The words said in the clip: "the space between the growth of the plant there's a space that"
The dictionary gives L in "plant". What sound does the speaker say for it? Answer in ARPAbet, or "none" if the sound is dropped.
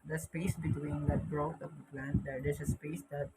L